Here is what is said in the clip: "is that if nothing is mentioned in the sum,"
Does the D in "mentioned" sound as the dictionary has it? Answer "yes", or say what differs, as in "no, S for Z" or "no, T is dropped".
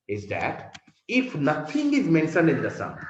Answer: no, D is dropped